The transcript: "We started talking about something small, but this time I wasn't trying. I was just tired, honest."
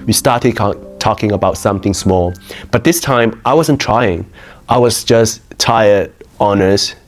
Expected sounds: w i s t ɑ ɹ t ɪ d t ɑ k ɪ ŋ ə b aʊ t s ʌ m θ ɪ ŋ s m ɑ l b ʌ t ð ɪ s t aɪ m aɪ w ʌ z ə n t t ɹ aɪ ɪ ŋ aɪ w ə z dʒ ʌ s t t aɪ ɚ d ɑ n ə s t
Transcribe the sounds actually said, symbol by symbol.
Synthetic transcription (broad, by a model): w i s t ɑ ɹ t ɪ d t ɑ k ɪ ŋ ə b aʊ t s ʌ m θ ɪ ŋ s m ɑ l b ʌ t ð ɪ s t aɪ m aɪ w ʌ z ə n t t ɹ aɪ ɪ ŋ aɪ w ə z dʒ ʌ s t t aɪ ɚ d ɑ n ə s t